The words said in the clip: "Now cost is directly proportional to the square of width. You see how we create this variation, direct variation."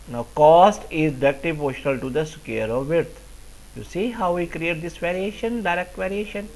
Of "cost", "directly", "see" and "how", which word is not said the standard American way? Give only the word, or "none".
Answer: directly